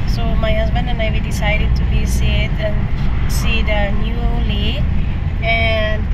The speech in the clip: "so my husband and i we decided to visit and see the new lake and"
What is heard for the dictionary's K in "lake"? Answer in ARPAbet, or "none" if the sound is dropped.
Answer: none